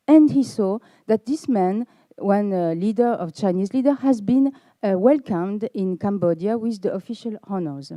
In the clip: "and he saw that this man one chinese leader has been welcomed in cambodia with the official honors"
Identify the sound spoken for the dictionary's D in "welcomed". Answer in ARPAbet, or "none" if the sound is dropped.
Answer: D